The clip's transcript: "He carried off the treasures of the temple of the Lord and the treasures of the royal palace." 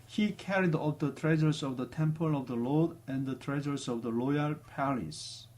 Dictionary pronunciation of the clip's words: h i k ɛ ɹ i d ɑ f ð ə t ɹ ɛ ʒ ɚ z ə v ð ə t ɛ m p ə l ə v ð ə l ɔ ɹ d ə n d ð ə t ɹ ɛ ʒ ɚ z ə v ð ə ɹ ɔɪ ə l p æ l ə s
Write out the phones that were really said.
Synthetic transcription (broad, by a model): h i k ɛ ɹ i d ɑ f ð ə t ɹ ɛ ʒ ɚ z ə v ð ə t ɛ m p ə l ə v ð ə l ɔ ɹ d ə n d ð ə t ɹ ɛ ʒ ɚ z ə v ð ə l ɔɪ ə l p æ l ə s